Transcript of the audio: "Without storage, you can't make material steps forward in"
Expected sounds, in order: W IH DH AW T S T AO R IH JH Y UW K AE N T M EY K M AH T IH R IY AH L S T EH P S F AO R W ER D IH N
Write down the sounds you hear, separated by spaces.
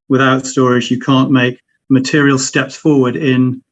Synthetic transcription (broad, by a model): W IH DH AW T S T AO R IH Z Y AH K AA N M EY K M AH T IH R IY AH L S T EH P S F AO W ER D IH N